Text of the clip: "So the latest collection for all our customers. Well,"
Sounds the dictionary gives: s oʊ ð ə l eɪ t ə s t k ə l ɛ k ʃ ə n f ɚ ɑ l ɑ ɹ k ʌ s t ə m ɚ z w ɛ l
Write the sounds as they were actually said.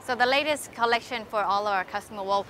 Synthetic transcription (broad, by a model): s oʊ ð ə l eɪ t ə s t k ə l ɛ k ʃ ə n f ɚ ɑ l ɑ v k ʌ s t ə m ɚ w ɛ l